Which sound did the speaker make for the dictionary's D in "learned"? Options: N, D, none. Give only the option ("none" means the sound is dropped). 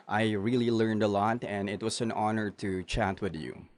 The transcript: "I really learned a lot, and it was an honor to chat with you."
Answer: D